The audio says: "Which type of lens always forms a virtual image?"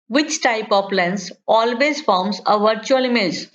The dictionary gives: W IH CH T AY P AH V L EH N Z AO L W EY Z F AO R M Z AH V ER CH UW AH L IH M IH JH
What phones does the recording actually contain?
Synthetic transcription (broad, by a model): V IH CH T AY P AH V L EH N S AO L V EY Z F AO R M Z AH V ER CH UW AH L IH M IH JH